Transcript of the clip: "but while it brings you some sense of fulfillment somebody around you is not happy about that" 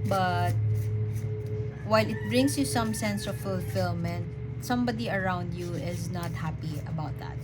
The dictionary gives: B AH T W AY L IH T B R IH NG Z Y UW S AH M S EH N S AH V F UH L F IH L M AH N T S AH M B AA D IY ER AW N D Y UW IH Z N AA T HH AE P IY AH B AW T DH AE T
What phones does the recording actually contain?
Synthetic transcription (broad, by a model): B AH T W AY L IH T B R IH NG S Y UW S AH M S EH N S AH V F UH L F IH L M AH N T S AH M B AA D IY ER AW N D Y UW IH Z N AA T HH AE P IY AH B AW T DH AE T